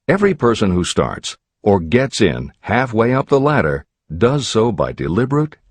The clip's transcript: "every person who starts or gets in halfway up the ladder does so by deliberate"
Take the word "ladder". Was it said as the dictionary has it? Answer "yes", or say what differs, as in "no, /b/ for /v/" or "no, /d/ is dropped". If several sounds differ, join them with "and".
yes